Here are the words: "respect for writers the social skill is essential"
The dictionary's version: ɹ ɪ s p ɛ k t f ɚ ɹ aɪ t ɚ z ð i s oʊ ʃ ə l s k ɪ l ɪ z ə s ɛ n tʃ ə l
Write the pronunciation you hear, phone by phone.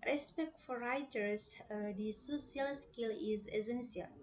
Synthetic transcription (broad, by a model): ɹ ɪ s p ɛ k t f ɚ ɹ aɪ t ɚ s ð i s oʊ s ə l s k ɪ l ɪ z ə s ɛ n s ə l